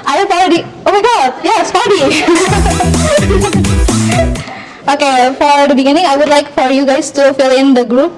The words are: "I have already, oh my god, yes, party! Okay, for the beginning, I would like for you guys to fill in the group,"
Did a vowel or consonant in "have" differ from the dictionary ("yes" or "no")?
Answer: yes